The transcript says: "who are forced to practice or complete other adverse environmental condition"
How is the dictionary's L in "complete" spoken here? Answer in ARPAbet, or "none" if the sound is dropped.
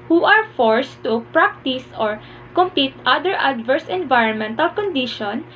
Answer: none